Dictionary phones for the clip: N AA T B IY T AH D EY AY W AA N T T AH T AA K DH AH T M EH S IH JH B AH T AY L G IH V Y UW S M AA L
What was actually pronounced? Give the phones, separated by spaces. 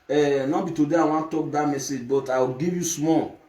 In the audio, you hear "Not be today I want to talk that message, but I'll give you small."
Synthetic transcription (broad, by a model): N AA B IY T AH D EY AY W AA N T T T AA K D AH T M EH S IH JH B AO T AY W G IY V Y UW S M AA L